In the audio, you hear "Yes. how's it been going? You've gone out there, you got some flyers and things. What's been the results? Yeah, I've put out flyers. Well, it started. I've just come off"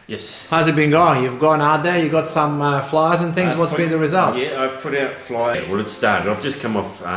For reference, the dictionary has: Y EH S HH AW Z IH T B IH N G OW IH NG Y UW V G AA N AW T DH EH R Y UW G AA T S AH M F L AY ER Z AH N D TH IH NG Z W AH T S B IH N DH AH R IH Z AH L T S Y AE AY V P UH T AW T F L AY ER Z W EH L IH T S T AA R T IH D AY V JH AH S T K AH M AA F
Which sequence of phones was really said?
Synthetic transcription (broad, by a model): Y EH S HH AW Z IH T B IH N G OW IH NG Y UW V G AA N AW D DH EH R Y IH G AA T S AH M F L AY ER Z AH N TH IH NG Z W AH T S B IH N DH AH R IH Z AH L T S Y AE AY V P UH T AW T F L AY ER W EH L IH T S T AA R T IH D AY V JH AH S K AH M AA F